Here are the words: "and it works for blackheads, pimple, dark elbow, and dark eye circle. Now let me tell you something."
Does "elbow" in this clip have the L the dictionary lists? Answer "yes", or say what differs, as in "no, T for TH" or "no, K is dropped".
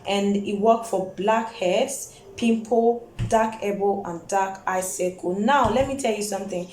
no, L is dropped